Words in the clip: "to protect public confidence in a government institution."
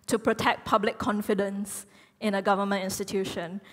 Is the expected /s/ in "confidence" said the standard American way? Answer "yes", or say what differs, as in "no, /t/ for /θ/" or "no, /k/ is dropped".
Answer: yes